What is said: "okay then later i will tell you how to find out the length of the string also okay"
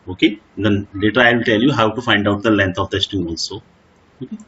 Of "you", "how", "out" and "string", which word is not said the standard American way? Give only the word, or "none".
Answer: string